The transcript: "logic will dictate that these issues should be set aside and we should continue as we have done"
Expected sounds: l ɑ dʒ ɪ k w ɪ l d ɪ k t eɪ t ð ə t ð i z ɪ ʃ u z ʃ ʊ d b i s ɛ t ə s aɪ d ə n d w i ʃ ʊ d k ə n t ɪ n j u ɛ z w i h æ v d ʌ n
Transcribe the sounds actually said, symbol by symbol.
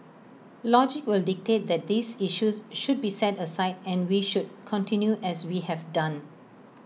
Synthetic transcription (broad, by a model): l ɑ dʒ ɪ k w ɪ l d ɪ k t eɪ t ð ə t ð i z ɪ ʃ u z ʃ ʊ d b i s ɛ t ə s aɪ d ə n w i ʃ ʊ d k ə n t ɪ n j u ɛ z w i h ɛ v d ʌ n